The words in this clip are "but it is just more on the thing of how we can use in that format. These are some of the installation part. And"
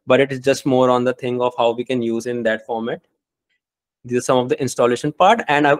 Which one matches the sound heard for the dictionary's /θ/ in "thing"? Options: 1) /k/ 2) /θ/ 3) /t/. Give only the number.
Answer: 3